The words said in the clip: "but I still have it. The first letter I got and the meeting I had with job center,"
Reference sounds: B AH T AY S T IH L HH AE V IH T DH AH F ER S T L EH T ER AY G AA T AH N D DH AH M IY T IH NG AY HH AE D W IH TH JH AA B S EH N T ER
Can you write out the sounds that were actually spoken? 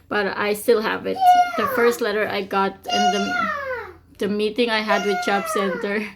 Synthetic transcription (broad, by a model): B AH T AY S T IH L HH AE V IH T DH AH F ER S T L EH T ER AY G AA T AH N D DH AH M IY T IH NG AY HH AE D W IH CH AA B S EH N T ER